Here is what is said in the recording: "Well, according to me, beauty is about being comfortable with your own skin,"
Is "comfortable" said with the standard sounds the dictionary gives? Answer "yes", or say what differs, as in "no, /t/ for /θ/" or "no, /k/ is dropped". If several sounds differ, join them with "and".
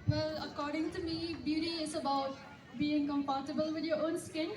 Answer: no, /p/ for /f/